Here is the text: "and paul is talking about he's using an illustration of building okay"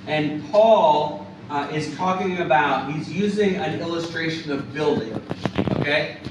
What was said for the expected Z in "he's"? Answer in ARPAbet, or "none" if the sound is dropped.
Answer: Z